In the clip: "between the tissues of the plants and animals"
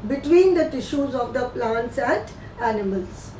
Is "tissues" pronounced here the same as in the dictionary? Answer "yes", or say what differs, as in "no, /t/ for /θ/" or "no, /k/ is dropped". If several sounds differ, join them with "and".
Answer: yes